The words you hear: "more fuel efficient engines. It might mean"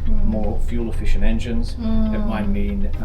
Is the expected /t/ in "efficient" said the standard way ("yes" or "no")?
no